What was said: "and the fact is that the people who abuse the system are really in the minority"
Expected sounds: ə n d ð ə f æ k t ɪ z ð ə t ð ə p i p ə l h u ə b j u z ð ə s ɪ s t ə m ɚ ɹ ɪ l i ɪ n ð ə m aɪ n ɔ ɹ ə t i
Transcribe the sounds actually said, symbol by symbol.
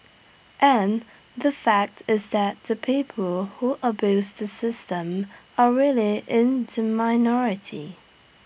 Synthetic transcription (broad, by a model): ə n ð ə f æ k t ɪ z ð ə t ð ə p i p ə l h u ə b j u z ð ə s ɪ s t ə m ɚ ɹ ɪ l i ɪ n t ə m aɪ n ɔ ɹ ə t i